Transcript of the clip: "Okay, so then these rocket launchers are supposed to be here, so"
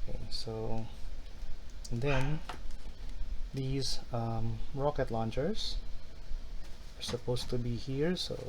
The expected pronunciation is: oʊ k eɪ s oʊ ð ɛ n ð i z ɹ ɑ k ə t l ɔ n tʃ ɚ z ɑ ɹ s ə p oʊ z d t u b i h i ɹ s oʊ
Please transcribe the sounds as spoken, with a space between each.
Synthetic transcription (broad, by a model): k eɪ s oʊ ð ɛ n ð i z ɹ ɑ k ə t l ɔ n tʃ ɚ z ɑ ɹ s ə p oʊ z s t u b i h i ɹ s oʊ